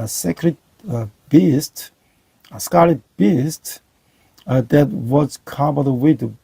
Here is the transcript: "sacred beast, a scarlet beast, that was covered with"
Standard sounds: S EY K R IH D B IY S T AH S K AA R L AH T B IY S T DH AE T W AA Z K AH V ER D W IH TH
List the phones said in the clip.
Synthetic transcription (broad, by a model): S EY K R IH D B IY S T AH S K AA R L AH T B IY S T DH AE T W AA Z K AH B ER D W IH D